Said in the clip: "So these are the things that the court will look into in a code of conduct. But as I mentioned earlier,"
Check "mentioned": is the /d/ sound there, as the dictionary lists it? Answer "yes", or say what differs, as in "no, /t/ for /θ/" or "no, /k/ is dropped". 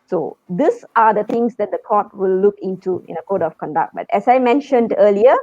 yes